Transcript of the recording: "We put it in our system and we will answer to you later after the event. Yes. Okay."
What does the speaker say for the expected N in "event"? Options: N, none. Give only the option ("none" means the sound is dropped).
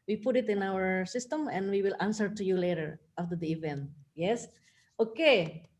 N